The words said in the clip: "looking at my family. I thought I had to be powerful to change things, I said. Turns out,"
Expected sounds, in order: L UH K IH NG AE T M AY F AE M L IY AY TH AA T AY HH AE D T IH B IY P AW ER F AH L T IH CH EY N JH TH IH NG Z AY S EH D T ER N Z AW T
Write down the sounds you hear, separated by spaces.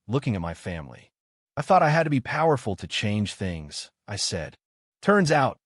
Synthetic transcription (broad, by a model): L UH K IH NG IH T M AY F AE M L IY AY TH AA T AY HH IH D T IH B IY P AW ER F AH L T IH CH EY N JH TH IH NG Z AY S EH D T ER N Z AW T